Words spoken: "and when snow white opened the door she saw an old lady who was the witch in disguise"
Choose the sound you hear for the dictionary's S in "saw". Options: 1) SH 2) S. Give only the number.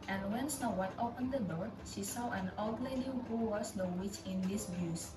2